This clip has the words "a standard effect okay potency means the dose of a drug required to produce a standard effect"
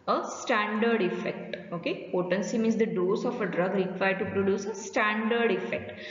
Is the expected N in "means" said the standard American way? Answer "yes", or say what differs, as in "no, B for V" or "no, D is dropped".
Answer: no, N is dropped